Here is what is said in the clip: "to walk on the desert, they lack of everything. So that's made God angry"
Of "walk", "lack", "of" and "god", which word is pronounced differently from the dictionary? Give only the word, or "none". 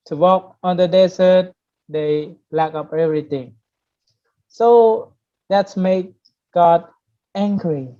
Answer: of